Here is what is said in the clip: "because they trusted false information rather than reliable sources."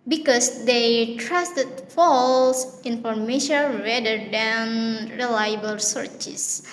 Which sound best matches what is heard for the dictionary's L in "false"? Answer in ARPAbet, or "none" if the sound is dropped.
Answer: L